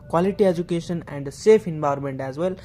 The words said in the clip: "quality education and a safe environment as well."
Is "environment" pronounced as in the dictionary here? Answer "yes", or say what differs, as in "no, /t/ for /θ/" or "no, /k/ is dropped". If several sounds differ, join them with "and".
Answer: no, /b/ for /v/ and /ɹ/ is dropped